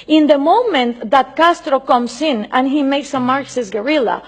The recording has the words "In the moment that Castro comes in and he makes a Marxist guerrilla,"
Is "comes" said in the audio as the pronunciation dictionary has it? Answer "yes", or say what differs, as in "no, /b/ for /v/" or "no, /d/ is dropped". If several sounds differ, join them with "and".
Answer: no, /s/ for /z/